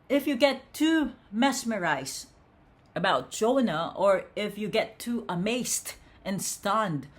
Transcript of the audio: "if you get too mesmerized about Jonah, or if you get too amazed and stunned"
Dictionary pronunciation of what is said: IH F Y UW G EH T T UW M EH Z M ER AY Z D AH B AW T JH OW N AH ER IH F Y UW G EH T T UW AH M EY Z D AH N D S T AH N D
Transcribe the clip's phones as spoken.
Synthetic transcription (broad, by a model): IH F Y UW G EH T T UW M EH S M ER AY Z AH B AW T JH OW N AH ER IH F Y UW G EH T T UW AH M EY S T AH N S T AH N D